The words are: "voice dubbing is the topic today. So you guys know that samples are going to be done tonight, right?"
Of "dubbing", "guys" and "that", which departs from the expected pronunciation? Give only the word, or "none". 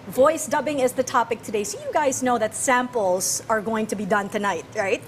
none